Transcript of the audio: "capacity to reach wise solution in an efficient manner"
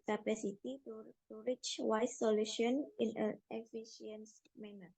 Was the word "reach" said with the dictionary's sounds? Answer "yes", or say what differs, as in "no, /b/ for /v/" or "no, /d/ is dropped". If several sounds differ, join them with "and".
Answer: yes